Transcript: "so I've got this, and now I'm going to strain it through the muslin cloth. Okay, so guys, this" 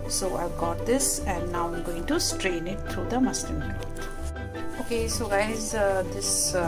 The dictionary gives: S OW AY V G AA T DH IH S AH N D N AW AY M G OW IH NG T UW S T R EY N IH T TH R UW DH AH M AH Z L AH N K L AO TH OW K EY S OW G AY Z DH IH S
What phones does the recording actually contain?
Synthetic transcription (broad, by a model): S OW AY V G AA T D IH S AH N D N AW AY M G OW IH NG T UW S T R EY N IH T T R UW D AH M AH S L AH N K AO T OW K EY S OW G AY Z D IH S